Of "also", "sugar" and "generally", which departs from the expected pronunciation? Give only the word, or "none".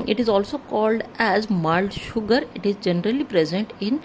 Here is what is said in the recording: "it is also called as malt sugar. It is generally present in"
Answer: none